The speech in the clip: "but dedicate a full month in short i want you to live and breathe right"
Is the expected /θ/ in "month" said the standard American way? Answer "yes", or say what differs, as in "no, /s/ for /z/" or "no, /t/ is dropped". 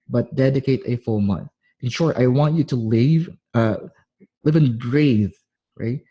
yes